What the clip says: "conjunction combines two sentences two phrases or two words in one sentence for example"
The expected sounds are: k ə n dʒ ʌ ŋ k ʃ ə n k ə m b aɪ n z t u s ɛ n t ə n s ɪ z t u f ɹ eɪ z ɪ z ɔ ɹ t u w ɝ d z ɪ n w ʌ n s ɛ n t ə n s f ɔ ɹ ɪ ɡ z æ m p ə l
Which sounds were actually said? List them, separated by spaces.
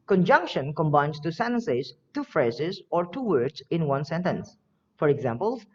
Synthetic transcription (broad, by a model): k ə n dʒ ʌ ŋ k ʃ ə n k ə m b aɪ n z t u s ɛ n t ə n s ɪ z t u f ɹ eɪ z ɪ z ɔ ɹ t u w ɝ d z ɪ n w ʌ n s ɛ n t ə n s f ɔ ɹ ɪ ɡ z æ m p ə l